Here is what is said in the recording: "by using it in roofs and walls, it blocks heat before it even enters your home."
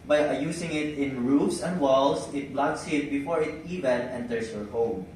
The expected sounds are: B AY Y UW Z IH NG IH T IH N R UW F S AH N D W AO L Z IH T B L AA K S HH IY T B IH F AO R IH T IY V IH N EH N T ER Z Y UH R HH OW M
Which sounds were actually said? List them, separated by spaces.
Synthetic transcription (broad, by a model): B AY Y UW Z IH NG IH T IH N R UW F S AH N D W AO L S IH T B L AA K S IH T B IH F AO R IH T IY V IH N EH N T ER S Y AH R HH OW M